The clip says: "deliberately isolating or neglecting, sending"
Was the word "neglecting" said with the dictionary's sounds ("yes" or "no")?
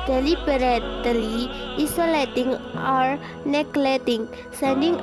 no